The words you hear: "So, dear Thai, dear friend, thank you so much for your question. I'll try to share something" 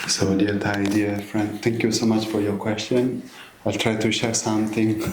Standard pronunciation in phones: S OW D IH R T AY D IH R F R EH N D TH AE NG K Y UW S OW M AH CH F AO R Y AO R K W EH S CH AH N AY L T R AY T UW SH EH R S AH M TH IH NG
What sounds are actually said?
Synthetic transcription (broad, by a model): S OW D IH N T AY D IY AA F R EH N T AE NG K Y UW S OW M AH CH F AO R Y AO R K W EH S CH AH N AY L T R AY T UW SH EH R S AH M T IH NG